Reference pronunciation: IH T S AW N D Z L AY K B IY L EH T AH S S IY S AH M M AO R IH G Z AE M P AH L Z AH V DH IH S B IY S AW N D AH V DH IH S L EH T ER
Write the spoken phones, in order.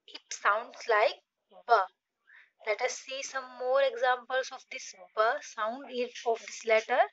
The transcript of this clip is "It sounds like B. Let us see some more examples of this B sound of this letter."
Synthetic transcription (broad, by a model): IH T S AW N D S L AY K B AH L EH T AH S S IY S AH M M AO R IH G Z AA M P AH L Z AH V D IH S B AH S AW N D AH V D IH S L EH T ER